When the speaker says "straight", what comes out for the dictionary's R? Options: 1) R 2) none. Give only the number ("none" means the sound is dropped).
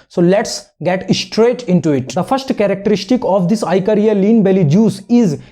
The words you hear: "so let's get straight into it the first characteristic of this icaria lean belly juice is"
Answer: 1